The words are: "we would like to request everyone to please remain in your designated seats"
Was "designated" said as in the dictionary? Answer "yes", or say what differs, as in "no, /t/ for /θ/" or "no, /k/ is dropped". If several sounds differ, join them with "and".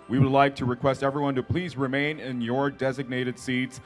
yes